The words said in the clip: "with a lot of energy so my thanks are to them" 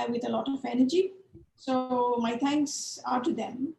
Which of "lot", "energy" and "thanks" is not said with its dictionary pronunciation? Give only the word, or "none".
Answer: thanks